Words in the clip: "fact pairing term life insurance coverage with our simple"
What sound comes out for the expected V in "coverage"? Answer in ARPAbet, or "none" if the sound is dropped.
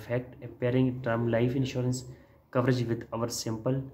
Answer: V